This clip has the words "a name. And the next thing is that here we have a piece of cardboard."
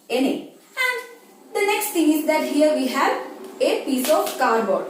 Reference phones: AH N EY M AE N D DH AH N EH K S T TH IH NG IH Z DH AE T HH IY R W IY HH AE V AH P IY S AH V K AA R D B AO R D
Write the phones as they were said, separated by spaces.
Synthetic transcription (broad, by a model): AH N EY AE N D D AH N EH K S T T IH NG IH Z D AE T HH IY R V IY HH AE V AH P IY S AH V K AA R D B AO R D